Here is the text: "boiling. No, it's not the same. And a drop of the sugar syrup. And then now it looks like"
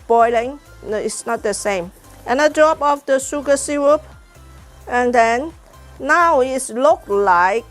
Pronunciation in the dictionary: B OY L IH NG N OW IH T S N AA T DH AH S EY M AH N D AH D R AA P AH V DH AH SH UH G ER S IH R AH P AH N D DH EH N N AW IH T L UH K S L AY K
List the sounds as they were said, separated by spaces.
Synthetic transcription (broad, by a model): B OY L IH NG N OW IH T S N AA T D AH S EY M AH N AH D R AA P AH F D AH S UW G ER S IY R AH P AH N D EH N N AW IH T L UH K L AY K